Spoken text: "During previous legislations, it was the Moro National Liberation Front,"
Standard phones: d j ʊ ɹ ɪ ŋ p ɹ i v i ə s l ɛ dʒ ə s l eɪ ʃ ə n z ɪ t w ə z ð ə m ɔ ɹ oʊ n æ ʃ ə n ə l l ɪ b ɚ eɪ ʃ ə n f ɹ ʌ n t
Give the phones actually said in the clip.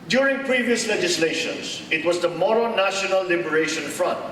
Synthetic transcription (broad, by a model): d j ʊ ɹ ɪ ŋ p ɹ i v i ə s l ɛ dʒ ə s l eɪ ʃ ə n s ɪ t w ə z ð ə m ɔ ɹ oʊ n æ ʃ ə n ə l l ɪ b ɚ eɪ ʃ ə n f ɹ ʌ n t